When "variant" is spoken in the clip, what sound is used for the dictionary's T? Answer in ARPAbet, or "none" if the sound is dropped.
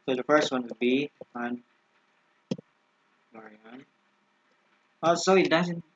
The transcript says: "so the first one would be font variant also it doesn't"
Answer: none